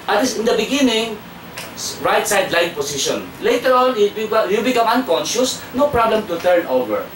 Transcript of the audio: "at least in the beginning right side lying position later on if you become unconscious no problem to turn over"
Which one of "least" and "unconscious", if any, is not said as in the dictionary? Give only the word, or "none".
least